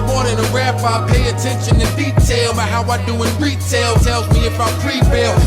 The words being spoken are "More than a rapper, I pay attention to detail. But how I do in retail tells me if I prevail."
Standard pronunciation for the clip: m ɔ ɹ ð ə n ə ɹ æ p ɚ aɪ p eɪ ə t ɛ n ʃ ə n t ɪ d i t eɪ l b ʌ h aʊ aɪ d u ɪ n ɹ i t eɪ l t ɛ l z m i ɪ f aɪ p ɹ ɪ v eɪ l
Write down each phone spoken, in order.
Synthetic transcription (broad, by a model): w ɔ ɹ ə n ə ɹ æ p aɪ p eɪ ə t ɛ n ʃ ə n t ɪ d i t eɪ l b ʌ h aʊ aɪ d u ɪ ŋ ɹ i t eɪ l t ɛ l z m i ɪ f aɪ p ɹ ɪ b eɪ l